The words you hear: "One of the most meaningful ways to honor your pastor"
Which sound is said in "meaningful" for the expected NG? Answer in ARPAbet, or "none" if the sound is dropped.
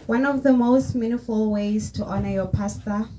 none